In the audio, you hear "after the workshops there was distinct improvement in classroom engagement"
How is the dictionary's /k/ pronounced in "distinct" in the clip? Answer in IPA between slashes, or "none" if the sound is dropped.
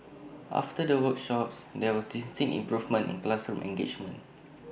none